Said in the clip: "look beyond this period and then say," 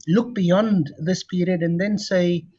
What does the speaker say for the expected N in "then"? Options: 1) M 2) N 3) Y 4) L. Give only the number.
2